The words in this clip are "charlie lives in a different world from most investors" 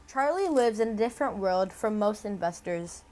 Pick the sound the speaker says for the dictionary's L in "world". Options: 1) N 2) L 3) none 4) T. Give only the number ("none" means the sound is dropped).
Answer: 2